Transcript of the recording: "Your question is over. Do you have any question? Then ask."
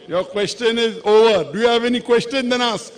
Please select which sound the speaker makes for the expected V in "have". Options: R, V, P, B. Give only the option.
V